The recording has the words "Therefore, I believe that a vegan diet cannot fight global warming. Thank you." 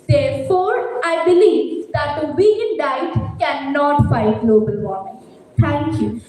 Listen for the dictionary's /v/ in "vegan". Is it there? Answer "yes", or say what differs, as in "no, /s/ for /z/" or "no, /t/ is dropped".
no, /w/ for /v/